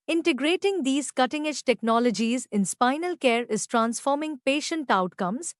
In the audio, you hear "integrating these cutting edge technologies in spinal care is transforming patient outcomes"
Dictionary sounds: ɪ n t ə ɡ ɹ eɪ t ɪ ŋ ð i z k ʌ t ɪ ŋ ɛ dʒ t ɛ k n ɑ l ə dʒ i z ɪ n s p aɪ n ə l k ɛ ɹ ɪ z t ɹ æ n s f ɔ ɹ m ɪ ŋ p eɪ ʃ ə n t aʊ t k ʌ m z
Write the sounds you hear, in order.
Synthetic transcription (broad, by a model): ɪ n t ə ɡ ɹ eɪ t ɪ ŋ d i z k ʌ t ɪ ŋ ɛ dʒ t ɛ k n ɑ l ə dʒ i z ɪ n s p aɪ n ə l k ɛ ɹ ɪ z t ɹ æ n s f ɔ ɹ m ɪ ŋ p eɪ ʃ ə n t aʊ t k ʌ m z